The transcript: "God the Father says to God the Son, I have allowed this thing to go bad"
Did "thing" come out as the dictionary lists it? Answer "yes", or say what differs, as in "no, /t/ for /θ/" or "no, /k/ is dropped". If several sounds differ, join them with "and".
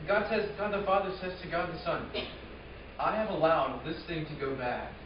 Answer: yes